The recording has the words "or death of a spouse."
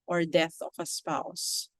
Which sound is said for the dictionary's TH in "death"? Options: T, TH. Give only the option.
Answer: TH